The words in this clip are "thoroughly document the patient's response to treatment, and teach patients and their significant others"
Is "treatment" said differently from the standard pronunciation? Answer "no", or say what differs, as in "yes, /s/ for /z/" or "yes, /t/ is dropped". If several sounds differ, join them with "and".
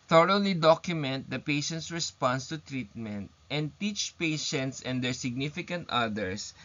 no